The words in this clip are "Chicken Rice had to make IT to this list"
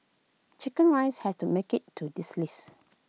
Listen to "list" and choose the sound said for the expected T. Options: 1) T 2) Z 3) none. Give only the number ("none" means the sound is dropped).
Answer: 3